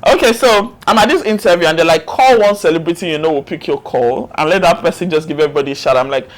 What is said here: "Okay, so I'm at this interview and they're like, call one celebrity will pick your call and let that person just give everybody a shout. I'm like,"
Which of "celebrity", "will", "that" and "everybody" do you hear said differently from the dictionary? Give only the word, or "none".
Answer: will